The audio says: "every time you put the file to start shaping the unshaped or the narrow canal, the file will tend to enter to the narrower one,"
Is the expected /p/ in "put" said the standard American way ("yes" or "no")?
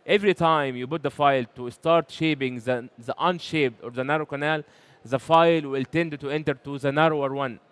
no